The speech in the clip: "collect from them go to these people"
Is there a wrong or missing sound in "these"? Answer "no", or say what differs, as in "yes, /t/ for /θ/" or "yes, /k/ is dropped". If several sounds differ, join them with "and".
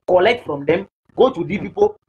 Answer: yes, /z/ is dropped